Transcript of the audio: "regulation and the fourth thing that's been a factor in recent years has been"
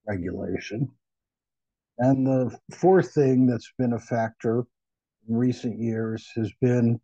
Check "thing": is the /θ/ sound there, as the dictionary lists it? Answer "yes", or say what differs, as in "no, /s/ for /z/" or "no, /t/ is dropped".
yes